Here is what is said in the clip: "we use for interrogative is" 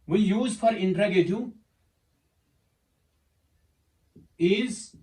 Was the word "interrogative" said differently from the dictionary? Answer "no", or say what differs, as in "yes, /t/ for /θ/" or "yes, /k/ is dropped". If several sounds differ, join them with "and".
yes, /v/ is dropped